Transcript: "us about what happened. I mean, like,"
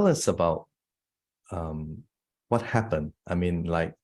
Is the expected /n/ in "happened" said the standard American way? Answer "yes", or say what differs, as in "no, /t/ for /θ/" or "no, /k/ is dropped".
yes